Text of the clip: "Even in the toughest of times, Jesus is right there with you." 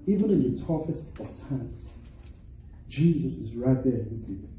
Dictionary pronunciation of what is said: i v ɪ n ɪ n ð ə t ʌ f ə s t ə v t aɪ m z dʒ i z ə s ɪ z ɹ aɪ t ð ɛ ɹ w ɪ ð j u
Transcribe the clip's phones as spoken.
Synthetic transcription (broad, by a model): i v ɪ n ɪ n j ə t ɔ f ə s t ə t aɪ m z dʒ i z ə s ɪ z ɹ aɪ t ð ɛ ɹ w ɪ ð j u